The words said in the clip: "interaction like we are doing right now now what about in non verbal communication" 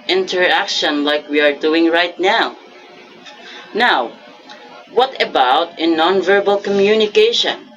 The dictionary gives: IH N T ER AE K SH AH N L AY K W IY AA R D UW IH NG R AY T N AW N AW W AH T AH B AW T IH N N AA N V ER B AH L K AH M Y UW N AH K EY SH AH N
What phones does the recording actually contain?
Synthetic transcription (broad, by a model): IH N T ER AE K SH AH N L AY K W IY AA R D UW IH NG R AY T N AW N AW W AH T AH B AW T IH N N AA N V ER B AH L K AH M Y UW N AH K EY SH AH N